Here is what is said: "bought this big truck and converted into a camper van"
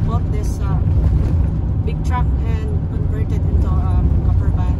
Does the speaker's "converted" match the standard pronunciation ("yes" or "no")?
no